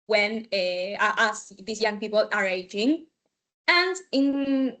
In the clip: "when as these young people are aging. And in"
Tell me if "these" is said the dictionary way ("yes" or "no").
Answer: no